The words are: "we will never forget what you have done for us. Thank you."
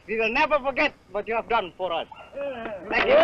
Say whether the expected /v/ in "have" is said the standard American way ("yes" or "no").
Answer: yes